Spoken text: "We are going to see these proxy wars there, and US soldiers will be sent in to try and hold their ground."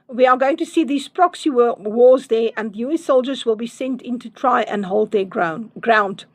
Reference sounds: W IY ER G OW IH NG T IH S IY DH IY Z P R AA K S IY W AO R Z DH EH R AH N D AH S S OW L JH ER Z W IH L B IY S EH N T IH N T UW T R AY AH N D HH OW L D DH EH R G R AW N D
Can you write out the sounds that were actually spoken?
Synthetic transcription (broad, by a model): W IY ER G OW IH NG T IH S IY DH IY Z P R AA K S IY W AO W Z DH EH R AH N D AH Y S OW L JH ER Z W IH L B IY S EH N T IH N T UW T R AY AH N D HH OW L D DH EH R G R AW N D